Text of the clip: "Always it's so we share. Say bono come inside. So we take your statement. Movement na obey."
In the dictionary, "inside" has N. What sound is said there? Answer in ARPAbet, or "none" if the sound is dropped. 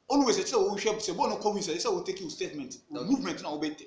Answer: none